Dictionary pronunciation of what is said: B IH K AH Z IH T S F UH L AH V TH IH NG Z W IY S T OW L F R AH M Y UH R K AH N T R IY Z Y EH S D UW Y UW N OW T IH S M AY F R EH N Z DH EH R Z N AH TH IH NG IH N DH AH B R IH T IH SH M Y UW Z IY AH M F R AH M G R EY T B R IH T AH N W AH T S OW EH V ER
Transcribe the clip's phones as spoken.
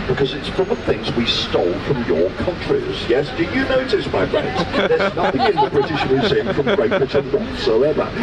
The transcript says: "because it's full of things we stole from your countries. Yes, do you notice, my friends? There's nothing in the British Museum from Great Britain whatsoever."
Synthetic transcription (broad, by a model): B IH K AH Z IH T S F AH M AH TH IH NG Z W IY S T OW L F R AH M Y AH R K AH N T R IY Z Y EH S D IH Y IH N OW T IH S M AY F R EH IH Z DH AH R Z N AH TH IH NG IH N DH AH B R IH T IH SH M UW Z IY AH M F R AH M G R EY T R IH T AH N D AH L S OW EH V ER